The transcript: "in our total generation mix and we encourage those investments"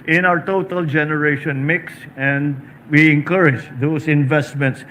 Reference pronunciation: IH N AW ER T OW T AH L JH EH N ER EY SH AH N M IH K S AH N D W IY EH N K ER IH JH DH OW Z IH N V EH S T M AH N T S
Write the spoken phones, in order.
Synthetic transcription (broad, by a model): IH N AW ER T OW T AH L JH EH N ER EY SH AH N M IH K S AH N D W IY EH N K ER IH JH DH OW S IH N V EH S T M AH N T S